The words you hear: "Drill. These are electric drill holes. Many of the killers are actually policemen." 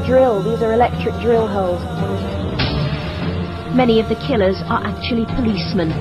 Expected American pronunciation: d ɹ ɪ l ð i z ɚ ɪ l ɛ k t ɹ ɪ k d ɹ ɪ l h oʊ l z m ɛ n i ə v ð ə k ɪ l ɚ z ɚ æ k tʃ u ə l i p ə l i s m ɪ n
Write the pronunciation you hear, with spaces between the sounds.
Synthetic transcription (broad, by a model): d ɹ ɪ l ð i z ɚ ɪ l ɛ k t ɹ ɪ k d ɹ ɪ l h oʊ l z m ɛ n i ə v ð ə k ɪ l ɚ z ɚ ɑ k tʃ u ə l i p ə l i s m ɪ n